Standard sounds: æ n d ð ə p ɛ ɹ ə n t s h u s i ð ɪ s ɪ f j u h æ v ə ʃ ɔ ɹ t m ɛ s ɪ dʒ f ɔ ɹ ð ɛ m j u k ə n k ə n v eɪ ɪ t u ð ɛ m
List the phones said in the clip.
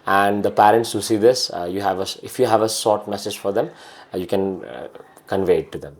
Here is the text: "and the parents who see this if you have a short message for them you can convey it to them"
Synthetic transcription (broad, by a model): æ n d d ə p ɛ ɹ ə n t s h u s i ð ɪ s ɪ f j u h æ v ə s ɔ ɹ t m ɛ s ɪ dʒ f ɔ ɹ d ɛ m j u k ə n k ə n v eɪ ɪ t u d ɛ m